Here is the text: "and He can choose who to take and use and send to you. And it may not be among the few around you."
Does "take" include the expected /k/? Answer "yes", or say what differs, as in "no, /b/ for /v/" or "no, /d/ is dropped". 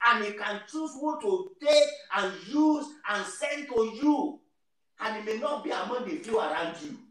no, /k/ is dropped